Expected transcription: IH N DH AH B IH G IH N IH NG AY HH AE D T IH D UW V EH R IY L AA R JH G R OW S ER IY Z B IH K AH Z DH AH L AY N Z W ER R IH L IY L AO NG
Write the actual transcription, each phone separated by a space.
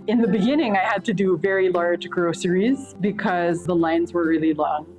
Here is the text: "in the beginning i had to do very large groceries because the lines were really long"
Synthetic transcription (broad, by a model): IH N DH AH B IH G IH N IH NG AY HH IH D T IH D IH V EH R IY L AA R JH G R OW S ER IY Z B IH K AH Z DH AH L AY N Z W ER R IH L IY L AO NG